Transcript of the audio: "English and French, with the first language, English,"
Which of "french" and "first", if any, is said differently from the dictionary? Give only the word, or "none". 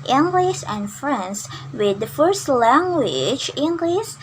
french